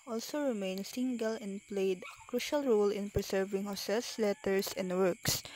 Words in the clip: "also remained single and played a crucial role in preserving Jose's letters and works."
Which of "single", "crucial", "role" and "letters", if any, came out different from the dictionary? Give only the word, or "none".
letters